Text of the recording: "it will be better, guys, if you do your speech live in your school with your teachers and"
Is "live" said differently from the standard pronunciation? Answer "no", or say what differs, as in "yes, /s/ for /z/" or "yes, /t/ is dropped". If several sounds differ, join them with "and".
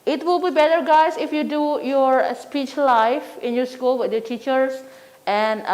yes, /f/ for /v/